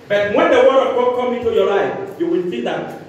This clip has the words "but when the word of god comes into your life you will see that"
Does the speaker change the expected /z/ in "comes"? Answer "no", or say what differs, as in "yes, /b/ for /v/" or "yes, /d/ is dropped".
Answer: yes, /z/ is dropped